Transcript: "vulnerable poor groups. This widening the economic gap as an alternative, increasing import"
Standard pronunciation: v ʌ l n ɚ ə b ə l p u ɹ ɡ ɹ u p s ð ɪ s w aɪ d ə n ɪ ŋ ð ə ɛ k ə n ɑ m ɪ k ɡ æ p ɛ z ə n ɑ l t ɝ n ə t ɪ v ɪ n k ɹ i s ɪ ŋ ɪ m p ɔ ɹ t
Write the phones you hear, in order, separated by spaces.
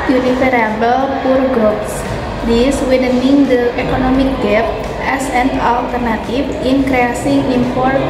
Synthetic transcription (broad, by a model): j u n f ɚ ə b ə l p u ɹ ɡ ɹ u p s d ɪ s w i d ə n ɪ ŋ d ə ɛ k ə n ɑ m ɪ k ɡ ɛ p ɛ s ə n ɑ l t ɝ n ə t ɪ f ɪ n k ɹ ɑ s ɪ ŋ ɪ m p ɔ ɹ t